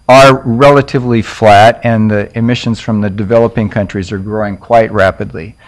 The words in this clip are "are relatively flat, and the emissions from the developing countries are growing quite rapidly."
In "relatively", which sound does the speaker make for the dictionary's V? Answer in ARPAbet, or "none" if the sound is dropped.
V